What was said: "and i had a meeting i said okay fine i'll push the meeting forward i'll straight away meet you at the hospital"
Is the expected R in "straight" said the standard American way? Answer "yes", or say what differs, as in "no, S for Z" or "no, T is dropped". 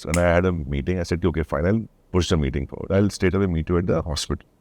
no, R is dropped